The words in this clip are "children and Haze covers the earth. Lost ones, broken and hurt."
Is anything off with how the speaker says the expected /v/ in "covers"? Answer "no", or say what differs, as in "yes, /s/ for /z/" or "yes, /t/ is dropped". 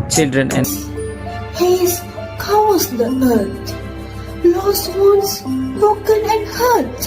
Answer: yes, /v/ is dropped